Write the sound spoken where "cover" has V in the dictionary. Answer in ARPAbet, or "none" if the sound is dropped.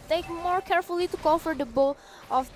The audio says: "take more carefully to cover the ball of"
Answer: F